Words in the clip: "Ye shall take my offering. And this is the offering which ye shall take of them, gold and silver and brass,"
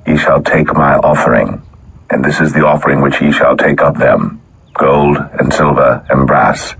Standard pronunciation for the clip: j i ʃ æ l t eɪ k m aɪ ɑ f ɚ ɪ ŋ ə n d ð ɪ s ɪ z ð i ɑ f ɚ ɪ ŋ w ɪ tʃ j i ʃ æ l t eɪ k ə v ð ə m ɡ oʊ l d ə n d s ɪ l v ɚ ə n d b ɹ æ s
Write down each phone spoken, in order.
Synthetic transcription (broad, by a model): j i ʃ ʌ l t eɪ k m aɪ ɑ f ɚ ɪ ŋ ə n ð ɪ s ɪ z ð i ɑ f ɚ ɪ ŋ w ɪ tʃ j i ʃ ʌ l t eɪ k ə p ð ə m ɡ oʊ l d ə n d s ɪ l v ɚ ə n b ɹ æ s